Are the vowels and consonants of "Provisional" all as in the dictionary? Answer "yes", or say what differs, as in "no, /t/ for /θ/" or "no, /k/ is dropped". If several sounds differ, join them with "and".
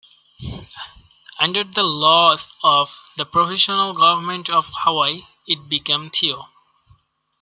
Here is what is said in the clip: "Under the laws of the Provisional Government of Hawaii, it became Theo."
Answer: no, /f/ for /v/ and /ʃ/ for /ʒ/